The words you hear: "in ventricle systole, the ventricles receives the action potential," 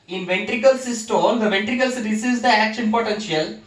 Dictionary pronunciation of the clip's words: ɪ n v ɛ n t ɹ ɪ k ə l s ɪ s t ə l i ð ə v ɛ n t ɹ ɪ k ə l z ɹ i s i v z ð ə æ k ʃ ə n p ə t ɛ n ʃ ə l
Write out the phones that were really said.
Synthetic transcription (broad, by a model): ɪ n v ɛ n t ɹ ɪ k ə l s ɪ s t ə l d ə v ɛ n t ɹ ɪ k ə l s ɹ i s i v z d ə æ k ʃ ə n p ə t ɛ n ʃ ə l